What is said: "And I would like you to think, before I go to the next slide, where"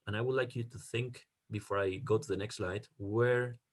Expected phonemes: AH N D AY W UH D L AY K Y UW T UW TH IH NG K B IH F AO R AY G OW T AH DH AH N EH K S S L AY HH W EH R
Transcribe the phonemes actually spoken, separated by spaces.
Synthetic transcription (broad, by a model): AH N AY W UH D L AY K Y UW T UW TH IH NG K B IH F AO R AY G OW T DH AH N EH K S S L AY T W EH R